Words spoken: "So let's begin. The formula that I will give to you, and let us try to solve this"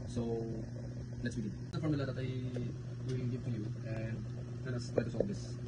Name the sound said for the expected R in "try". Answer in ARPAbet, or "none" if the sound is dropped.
none